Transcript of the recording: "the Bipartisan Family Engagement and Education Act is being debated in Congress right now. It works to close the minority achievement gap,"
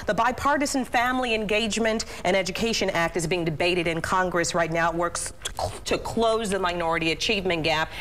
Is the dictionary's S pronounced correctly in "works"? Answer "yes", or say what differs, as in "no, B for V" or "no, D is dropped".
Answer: yes